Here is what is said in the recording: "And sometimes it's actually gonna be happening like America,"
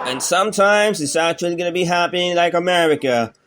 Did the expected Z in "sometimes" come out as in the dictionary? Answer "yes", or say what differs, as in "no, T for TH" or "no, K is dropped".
yes